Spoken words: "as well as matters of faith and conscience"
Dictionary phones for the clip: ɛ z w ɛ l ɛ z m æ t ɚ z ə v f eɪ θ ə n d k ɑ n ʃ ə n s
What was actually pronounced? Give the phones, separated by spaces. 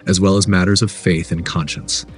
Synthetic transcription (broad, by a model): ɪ z w ɛ l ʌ z m æ t ɚ z ə v f eɪ θ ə n k ɑ n ʃ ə n s